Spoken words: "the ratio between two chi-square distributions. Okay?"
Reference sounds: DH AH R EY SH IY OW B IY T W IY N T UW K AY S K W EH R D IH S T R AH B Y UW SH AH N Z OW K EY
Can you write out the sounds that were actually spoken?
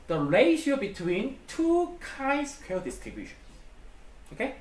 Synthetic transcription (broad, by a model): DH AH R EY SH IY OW B IY T W IY N T UW K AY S K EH L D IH S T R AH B Y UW SH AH N S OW K EY